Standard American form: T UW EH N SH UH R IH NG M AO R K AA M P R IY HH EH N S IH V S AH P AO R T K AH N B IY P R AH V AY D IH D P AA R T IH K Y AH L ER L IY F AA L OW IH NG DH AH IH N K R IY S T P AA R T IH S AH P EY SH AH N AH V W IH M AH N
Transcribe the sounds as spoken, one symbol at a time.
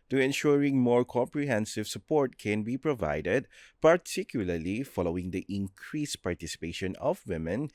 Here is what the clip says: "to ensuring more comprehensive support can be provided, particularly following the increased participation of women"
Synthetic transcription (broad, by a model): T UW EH N SH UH R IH NG M AO R K AA M P R IY HH EH N S IH V S AH P AO R T K AH N B IY P R AH V AY D IH D P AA R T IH K Y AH L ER L IY F AA L OW IH NG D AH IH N K R IY S P AA R T IH S AH P EY SH AH N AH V W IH M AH N